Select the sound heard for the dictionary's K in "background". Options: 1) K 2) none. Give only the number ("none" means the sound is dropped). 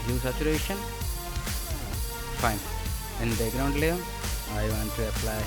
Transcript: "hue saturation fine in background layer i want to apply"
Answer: 2